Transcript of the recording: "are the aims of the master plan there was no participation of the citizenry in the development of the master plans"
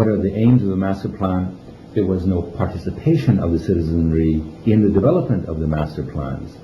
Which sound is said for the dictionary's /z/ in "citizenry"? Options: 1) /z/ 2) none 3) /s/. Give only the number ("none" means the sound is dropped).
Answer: 1